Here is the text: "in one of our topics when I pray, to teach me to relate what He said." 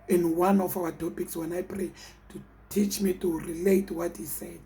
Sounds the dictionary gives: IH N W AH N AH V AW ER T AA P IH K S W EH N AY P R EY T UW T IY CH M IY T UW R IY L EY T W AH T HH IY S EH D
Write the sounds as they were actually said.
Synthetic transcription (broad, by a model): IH N W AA N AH F AW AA T AA P IH K S W EH N AY P R EY T UW T IY CH M IY T UW R IY L EY T W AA T HH IY S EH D